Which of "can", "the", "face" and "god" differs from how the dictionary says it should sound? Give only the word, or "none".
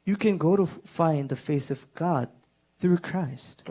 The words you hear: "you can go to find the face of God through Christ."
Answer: none